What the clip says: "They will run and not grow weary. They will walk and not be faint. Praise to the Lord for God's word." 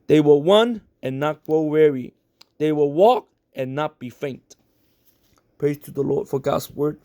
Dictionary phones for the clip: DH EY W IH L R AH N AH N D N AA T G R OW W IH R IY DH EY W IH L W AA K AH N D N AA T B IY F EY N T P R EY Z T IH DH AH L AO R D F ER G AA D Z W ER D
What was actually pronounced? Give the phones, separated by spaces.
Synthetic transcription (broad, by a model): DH EY W IH L W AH N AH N N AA T G R OW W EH R IY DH EY W IH L W AA K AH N N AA T B IY F EY N T P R EY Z T IH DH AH L AO R D F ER G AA D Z W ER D